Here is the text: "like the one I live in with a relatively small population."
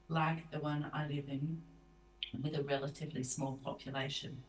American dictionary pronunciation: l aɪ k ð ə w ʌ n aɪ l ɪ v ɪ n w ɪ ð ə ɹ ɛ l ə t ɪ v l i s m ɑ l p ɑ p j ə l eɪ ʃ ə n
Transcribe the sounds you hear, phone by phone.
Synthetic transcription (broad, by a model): l aɪ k ð ə w ʌ n aɪ l ɪ v ɪ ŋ w ɪ ð ə ɹ ɛ l ə t ɪ v l i s m ɑ l p ɑ p j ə l eɪ ʃ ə n